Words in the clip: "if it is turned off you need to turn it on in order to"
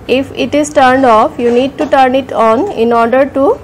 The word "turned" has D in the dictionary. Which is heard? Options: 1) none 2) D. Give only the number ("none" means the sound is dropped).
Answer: 2